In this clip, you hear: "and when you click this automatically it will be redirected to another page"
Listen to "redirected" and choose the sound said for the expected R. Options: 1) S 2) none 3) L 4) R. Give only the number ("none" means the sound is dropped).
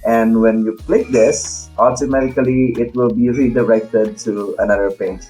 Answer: 3